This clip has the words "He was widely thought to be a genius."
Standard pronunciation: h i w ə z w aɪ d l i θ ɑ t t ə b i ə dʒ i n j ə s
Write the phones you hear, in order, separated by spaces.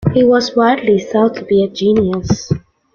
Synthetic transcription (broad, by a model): h i w ə z w aɪ d l i s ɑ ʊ t ə b i ə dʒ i n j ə s